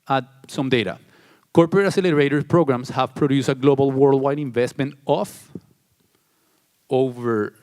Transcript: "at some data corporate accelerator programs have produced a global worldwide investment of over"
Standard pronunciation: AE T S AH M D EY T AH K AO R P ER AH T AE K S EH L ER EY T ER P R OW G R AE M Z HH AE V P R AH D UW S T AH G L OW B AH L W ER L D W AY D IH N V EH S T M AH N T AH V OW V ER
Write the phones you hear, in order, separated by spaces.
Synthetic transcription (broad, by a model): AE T S AH M D EY T AH K AO R P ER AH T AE S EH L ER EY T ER P R OW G R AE M S HH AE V P R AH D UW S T AH G L OW B AH L W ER L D W AY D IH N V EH S T M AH N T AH F OW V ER